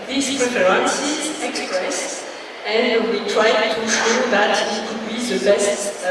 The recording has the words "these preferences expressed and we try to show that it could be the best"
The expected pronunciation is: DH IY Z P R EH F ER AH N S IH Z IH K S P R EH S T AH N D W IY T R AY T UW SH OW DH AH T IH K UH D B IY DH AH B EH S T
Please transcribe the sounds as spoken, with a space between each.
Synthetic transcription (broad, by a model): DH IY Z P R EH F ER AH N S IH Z IH K S P R EH S T AH N D W IY T R AY T UW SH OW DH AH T IH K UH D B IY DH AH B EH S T